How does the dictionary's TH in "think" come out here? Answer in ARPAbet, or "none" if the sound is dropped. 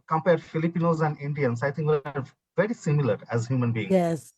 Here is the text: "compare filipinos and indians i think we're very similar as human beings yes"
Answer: T